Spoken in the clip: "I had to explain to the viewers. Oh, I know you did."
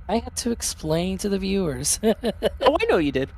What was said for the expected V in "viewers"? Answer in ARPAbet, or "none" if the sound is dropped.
V